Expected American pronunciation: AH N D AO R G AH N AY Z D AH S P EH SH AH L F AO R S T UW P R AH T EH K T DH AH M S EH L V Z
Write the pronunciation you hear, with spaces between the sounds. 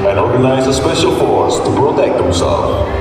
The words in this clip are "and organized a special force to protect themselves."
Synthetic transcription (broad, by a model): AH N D AO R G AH N AY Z AH S P EH SH AH L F AO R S T UW P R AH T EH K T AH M S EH L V